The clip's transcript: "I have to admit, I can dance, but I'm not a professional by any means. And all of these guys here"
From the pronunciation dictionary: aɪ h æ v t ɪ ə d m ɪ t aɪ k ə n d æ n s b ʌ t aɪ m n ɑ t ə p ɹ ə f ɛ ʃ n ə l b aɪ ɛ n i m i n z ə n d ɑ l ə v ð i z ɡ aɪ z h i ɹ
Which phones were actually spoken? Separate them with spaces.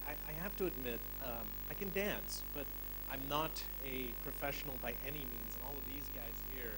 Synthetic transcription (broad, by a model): aɪ h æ f t ɪ ə d m ɪ t aɪ k ə n d æ n s b ʌ t aɪ m n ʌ t ə p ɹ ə f ɛ ʃ n l b aɪ ɛ n i m i n z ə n ɑ l ə v ð i z ɡ aɪ z h i ɹ